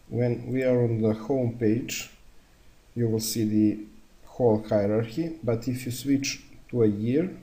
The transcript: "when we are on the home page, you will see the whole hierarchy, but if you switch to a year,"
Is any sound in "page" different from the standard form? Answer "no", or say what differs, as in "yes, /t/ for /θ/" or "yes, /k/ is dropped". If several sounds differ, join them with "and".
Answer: no